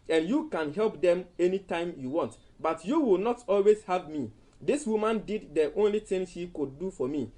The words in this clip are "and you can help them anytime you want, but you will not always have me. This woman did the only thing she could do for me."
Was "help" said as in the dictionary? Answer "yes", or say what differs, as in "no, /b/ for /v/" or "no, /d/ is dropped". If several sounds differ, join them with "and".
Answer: yes